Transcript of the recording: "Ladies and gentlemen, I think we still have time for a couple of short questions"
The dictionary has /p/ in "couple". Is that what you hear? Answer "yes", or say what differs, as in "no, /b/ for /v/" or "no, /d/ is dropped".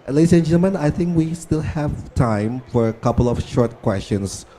yes